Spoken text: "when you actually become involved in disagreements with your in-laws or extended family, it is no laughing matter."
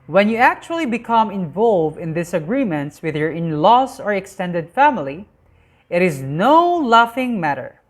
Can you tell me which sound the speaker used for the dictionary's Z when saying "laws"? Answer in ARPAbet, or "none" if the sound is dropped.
S